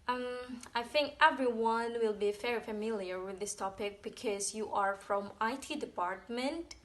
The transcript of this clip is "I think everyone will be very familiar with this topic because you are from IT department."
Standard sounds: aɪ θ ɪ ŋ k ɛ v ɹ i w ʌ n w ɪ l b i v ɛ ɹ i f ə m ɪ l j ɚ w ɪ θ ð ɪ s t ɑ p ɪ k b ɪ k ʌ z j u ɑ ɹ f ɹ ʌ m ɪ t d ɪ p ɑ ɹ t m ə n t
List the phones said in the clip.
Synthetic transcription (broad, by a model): aɪ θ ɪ ŋ k ɛ v ɹ i w ʌ n w ɪ l b i f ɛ ɹ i f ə m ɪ l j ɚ w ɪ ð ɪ s t ɑ p ɪ k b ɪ k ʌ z j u ɑ ɹ f ɹ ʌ m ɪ t d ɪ p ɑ ɹ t m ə n t